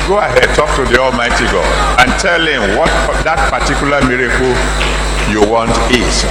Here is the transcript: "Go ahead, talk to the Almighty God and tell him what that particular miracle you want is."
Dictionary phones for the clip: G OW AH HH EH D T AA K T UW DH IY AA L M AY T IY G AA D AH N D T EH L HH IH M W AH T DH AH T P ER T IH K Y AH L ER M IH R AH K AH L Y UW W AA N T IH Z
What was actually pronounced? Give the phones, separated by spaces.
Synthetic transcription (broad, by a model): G OW AH HH EH D T AA K T UW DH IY AA L M AY T IY G AA D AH N T EH L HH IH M W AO T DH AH T P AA T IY K Y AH L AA M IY R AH K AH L Y UW W AA N T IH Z